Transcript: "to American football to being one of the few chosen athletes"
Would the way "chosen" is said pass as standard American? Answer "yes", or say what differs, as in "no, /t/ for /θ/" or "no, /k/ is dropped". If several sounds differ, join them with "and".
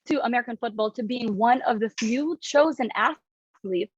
yes